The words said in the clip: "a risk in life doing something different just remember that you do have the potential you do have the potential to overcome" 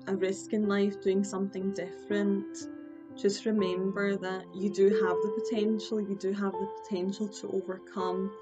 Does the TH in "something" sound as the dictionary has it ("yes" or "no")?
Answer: yes